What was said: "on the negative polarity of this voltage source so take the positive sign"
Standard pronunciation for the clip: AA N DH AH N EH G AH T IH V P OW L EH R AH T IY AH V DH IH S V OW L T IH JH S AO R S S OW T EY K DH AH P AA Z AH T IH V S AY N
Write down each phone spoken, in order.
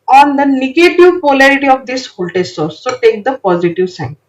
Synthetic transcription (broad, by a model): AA N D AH N EH G AH T IH V P OW L EH R AH T IY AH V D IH S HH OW L T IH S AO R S S OW T EY K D AH P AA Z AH T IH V S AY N